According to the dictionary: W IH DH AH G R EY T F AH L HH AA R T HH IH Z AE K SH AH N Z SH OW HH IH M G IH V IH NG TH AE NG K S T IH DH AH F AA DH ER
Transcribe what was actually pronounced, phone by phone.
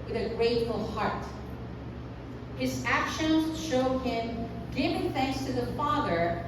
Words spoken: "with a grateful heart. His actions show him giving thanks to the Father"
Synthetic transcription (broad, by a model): W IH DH AH G R EY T F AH L HH AA R T HH IH Z AE K SH AH N Z SH OW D IH M G IH V IH NG TH AE NG K S T IH DH AH F AA DH ER